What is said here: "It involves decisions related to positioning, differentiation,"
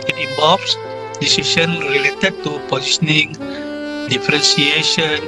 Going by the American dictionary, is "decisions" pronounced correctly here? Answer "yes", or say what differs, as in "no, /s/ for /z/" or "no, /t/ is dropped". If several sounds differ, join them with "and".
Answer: no, /ʃ/ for /ʒ/ and /z/ is dropped